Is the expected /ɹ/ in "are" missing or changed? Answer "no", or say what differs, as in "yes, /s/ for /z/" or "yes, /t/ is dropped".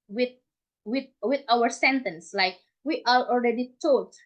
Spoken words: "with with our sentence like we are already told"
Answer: yes, /l/ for /ɹ/